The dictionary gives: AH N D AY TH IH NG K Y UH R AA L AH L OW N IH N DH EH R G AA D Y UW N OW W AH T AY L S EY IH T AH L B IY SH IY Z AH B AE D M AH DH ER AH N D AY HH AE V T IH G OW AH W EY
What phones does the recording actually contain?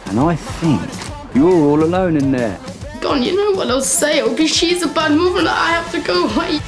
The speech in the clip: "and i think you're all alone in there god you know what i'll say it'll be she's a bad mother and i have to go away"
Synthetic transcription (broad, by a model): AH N AY TH IH NG K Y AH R AA L AH L OW N IH N DH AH R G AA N Y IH N OW W AH T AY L S EY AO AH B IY SH IY Z AH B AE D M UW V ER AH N AY HH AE F T IH G OW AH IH